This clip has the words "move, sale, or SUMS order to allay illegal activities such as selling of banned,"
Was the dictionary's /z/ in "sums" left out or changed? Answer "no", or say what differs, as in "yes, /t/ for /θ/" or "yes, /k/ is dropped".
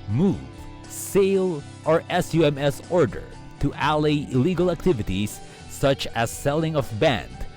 yes, /s/ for /z/